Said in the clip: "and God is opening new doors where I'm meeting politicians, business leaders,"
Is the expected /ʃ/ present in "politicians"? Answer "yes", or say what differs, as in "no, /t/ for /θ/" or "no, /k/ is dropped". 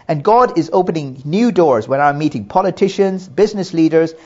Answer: yes